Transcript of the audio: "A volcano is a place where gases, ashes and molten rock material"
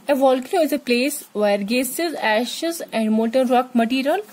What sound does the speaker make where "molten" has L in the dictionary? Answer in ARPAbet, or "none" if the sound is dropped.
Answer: none